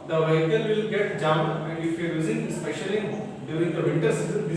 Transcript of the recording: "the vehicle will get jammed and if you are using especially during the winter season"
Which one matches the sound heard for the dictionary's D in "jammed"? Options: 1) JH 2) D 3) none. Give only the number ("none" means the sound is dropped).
3